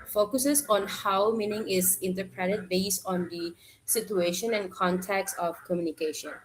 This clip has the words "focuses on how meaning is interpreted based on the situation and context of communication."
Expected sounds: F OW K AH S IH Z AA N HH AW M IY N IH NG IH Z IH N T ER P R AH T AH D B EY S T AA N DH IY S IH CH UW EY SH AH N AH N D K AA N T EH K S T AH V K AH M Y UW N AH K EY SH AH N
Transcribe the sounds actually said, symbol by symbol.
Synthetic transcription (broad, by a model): F OW K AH S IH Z AA N HH AW M IY N IH NG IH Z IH N T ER P R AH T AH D B EY S T AA N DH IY S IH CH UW EY SH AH N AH N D K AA N T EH K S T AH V K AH M Y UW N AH K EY SH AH N